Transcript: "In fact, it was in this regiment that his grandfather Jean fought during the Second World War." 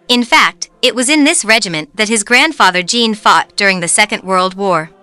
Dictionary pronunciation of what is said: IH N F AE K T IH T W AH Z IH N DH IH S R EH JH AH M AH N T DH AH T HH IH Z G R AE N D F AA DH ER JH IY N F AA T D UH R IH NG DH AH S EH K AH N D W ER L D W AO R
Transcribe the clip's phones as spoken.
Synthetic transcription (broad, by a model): IH N F AE K T IH T W AH Z IH N DH IH S R EH JH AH M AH N DH AH T HH IH Z G R AE N D F AA DH ER JH IY N F AA T D UH R IH NG DH AH S EH K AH N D W ER L D W AO R